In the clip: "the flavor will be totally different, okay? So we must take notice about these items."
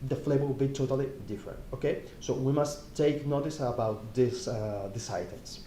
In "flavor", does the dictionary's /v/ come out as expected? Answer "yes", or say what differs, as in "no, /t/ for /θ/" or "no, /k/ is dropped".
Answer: no, /b/ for /v/